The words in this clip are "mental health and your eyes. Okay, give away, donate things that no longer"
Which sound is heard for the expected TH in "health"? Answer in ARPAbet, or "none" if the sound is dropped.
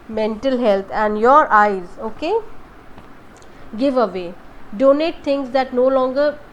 T